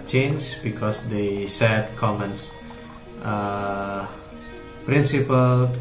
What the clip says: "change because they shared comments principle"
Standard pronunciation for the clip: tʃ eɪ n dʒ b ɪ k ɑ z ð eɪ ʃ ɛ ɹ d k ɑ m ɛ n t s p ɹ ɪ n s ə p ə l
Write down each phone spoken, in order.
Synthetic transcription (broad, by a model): tʃ eɪ n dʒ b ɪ k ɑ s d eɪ s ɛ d k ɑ m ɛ n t s p ɹ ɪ n s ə p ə l